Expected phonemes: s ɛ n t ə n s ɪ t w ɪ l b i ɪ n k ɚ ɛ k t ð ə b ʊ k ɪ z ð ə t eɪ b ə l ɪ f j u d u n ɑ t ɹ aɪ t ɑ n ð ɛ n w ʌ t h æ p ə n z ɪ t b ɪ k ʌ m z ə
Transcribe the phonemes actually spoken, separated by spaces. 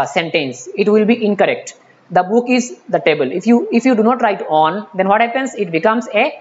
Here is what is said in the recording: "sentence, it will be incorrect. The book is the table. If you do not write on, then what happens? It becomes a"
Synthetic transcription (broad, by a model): s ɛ n t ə n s ɪ t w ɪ l b i ɪ n k ɚ ɛ k t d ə b ʊ k ɪ z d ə t eɪ b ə l ɪ f j u d u n ɑ t ɹ aɪ t ɑ n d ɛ n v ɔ t h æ p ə n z ɪ t b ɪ k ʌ m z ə